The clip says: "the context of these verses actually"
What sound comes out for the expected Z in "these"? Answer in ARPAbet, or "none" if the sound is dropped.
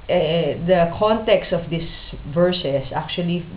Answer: S